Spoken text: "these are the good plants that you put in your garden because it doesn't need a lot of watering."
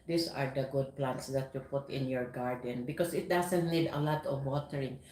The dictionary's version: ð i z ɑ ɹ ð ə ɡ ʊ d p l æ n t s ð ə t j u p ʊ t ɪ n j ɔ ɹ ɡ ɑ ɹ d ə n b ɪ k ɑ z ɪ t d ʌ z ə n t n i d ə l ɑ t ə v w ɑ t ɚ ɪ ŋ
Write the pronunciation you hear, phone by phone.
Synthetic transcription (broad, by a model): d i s ɑ ɹ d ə ɡ ʊ d p l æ n t s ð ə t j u p ʊ t ɪ n j ɔ ɹ ɡ ɑ ɹ d ə n b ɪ k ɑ s ɪ t d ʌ s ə n t n i d ə l ɑ t ə v w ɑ t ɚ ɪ ŋ